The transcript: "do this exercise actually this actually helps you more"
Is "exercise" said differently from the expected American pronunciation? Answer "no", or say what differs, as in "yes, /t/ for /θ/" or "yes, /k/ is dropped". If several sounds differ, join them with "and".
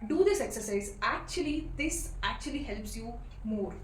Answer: no